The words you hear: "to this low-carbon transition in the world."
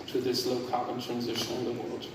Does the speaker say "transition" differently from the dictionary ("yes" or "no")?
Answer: no